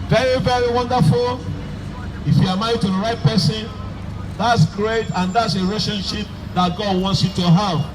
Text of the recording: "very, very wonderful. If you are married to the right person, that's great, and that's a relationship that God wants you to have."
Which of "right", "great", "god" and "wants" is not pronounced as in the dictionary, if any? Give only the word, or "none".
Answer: none